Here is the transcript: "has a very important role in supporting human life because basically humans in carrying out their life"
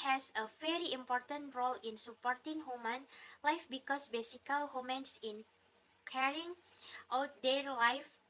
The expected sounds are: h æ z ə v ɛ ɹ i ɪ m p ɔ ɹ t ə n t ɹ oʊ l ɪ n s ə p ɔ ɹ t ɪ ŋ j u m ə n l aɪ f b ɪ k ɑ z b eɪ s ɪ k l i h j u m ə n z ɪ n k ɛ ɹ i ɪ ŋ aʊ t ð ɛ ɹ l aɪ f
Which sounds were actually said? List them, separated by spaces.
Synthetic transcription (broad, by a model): h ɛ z ə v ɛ ɹ i ɪ m p ɔ ɹ t ə n t ɹ oʊ l ɪ n s ə p ɔ ɹ t ɪ ŋ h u m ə n l aɪ f b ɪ k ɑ s b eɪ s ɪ k i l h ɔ m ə n s ɪ n k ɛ ɹ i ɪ ŋ aʊ t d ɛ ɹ l aɪ f